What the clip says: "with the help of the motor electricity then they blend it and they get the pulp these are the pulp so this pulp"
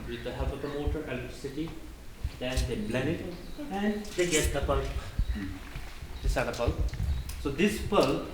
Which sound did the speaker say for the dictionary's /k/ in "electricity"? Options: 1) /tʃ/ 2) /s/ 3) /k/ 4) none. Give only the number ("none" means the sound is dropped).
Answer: 4